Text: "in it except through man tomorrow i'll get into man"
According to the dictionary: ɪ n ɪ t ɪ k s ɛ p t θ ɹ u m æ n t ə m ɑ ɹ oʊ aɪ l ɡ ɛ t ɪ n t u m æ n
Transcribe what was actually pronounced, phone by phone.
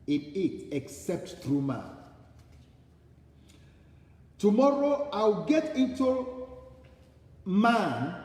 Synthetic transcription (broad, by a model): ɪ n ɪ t ɪ k s ɛ p t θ ɹ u m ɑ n t ə m ɑ ɹ oʊ aɪ w ɡ ɛ t ɪ n t u m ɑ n